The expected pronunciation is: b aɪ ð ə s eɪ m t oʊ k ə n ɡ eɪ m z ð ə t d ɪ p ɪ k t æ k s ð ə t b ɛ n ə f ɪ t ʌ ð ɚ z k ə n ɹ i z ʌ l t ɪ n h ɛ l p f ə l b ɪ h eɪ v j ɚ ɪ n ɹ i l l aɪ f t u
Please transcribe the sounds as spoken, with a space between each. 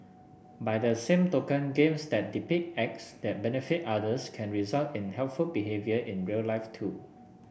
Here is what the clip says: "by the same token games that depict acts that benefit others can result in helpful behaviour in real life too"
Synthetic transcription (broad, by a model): b aɪ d ə s eɪ m t oʊ k ə n ɡ eɪ m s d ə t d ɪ p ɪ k ɛ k s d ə t b ɛ n ə f ɪ t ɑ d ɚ s k ə n ɹ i z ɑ l t ɪ n h ɛ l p f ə l b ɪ h eɪ v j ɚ ɪ n ɹ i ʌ l aɪ f t u